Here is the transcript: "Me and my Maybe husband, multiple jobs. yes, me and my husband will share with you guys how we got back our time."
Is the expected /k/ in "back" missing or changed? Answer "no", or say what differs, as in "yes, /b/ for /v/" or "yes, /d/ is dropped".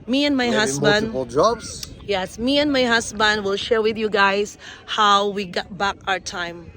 no